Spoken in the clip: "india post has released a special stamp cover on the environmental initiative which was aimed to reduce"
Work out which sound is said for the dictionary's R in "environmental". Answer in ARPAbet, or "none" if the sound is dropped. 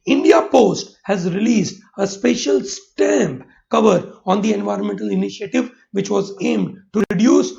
R